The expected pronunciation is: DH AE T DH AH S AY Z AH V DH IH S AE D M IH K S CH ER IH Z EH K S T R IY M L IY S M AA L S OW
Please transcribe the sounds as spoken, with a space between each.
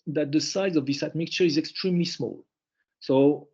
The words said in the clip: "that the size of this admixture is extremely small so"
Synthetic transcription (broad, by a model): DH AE T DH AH S AY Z AH V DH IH S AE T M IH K CH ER IH Z EH K S T R IY M L IY S M AA L S OW